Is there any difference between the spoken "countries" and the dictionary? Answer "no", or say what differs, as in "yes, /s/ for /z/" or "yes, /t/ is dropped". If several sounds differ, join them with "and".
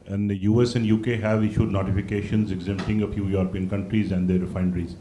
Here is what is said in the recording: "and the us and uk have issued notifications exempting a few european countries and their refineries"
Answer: no